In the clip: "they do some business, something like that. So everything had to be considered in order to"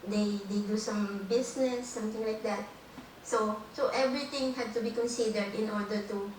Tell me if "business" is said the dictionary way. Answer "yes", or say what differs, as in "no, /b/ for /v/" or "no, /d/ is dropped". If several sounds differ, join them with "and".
no, /s/ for /z/